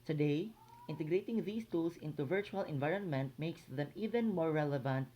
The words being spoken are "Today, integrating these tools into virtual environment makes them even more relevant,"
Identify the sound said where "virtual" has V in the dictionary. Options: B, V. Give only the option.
V